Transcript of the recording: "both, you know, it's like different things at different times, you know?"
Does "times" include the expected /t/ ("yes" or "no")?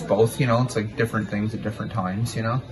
yes